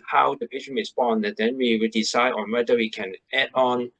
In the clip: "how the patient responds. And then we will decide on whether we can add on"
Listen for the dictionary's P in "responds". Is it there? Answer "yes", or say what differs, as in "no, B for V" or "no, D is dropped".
no, B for P